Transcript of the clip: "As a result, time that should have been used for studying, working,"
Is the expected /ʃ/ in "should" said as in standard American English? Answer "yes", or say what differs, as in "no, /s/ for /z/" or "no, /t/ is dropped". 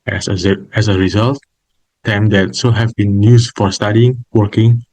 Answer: no, /s/ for /ʃ/